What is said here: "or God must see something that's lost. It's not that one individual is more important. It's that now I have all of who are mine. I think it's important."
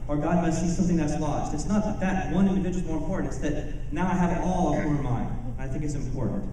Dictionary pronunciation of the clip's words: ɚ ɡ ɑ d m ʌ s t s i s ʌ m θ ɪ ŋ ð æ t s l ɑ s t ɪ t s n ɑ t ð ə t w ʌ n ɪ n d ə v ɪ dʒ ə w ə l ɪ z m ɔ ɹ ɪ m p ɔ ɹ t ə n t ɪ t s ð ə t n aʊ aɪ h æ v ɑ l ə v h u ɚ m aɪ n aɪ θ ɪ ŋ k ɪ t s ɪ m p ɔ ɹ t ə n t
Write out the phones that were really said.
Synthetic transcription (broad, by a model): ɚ ɡ ɑ d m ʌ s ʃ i s ʌ m θ ɪ ŋ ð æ t s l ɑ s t ɪ t s n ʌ t ð ə t w ʌ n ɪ n d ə v ɪ dʒ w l m ɔ ɹ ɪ m p ɔ ɹ t n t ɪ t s ð ə t n aʊ aɪ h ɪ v ɑ l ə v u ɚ m aɪ n aɪ θ ɪ ŋ k ɪ t s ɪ m p ɔ ɹ t n t